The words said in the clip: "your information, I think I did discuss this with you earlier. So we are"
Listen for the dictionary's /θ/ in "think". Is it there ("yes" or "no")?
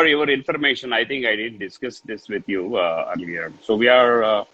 no